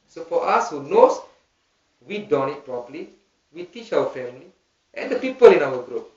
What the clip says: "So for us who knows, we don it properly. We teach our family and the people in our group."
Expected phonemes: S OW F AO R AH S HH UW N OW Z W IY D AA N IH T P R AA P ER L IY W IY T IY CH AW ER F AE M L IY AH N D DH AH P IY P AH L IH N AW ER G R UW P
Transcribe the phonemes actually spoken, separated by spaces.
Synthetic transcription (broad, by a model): S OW F AO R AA S HH UW N OW S W IY D AA N IH T P R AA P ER L IY W IY T IY CH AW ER F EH M L IY AH N D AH P IY P AH L IH N AW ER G R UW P